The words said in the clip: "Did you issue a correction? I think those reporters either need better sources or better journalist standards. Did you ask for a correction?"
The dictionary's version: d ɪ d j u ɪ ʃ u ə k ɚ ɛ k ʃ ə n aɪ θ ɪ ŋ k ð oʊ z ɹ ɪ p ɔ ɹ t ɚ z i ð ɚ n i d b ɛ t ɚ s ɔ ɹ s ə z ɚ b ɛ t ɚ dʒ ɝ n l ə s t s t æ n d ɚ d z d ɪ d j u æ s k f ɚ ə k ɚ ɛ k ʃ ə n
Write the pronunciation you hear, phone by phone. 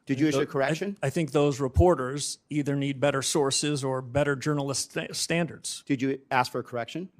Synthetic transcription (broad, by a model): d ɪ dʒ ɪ u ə k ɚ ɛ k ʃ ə n aɪ θ ɪ ŋ k ð oʊ z ɹ ɪ p ɔ ɹ t ɚ z i ð ɚ n i d b ɛ t ɚ s ɔ ɹ s ə z ɚ b ɛ t ɚ dʒ ɝ n l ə s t s t æ n d ɚ d z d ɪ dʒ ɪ æ s k f ɚ ə k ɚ ɛ k ʃ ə n